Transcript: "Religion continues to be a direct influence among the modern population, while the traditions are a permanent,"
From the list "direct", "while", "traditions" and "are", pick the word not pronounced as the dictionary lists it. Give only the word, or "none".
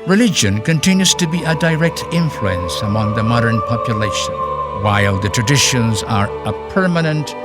none